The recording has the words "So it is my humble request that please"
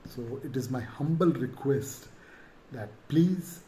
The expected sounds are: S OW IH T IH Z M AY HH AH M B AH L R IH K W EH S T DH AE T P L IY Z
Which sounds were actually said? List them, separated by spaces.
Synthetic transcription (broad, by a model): S OW IH T IH Z M AY HH AH M B AH L R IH K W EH S T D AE T P L IY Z